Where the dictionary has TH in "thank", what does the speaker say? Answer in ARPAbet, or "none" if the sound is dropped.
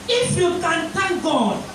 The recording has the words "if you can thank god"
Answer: T